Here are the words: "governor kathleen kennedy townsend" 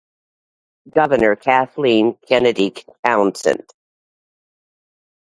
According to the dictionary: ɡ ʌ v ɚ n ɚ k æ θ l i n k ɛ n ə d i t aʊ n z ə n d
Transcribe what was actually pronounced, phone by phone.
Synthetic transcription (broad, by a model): ɡ ʌ v ɚ n ɚ k æ θ l i n k ɛ n ə d i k aʊ n s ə n